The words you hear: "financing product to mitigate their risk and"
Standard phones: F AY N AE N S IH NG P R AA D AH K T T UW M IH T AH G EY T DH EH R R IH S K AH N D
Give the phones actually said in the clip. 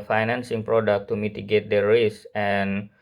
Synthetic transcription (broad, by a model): F AY N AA N S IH NG P R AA D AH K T T UW M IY T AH G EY T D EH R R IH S AH N